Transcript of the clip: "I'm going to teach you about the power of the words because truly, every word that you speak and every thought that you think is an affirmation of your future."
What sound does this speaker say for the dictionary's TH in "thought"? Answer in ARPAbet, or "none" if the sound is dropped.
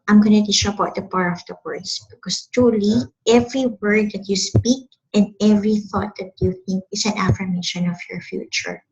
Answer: TH